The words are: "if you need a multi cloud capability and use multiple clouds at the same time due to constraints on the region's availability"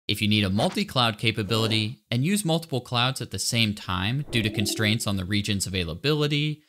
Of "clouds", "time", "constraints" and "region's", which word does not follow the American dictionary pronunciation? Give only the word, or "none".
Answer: none